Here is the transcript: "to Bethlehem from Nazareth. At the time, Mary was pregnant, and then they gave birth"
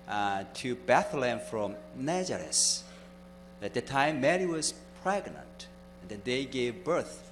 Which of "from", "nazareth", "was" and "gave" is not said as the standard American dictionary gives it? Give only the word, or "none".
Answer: nazareth